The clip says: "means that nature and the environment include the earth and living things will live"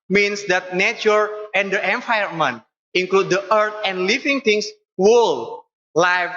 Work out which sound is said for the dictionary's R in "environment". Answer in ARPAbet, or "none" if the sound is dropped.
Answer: none